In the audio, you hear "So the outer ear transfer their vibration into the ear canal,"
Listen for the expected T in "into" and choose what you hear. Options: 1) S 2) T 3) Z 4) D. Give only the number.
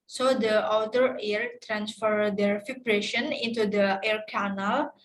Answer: 2